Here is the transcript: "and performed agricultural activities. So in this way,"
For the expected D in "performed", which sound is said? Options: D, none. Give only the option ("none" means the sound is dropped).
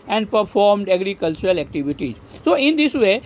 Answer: D